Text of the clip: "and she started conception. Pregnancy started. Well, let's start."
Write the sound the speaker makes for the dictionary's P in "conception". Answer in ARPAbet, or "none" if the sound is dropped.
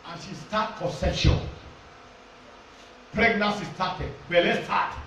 none